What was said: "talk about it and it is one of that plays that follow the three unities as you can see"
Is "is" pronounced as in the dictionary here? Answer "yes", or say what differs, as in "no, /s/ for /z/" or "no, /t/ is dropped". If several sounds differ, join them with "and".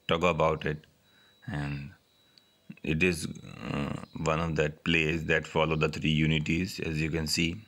yes